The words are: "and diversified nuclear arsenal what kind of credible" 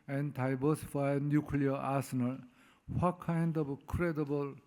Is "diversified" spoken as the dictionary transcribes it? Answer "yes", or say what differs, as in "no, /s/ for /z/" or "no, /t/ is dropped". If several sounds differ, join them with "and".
no, /b/ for /v/